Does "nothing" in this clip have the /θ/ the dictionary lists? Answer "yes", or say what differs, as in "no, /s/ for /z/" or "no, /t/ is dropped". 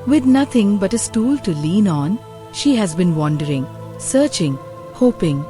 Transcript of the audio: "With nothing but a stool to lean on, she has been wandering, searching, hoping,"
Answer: no, /t/ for /θ/